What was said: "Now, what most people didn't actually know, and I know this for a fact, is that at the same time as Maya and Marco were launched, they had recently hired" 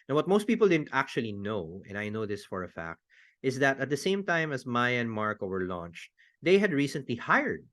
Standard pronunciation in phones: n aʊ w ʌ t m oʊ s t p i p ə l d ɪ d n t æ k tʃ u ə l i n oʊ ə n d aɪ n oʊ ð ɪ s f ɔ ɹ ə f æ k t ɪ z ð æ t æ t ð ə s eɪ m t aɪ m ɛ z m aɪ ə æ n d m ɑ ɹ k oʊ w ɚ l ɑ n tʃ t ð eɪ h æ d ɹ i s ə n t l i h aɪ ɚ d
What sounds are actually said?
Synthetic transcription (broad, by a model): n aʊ w ʌ t m oʊ s t p i p ə l d ɪ d n t æ k tʃ u ə l i n oʊ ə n aɪ n oʊ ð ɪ s f ɔ ɹ ə f æ k t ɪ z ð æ t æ t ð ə s eɪ m t aɪ m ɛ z m aɪ ə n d m ɑ ɹ k oʊ w ɚ l ɑ n tʃ t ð eɪ h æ d ɹ i s ə n t l i h aɪ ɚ d